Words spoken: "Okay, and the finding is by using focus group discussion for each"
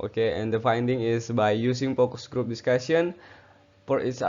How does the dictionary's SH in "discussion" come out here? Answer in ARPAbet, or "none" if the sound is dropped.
S